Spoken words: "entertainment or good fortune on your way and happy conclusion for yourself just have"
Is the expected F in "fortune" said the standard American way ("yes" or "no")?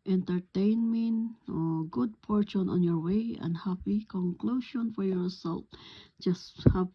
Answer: no